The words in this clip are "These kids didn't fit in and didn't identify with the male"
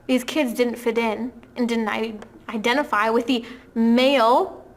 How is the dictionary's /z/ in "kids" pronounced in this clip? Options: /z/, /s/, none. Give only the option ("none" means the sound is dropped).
/z/